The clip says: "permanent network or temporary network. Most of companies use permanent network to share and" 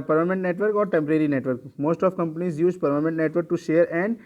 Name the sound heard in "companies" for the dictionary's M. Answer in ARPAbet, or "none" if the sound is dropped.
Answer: M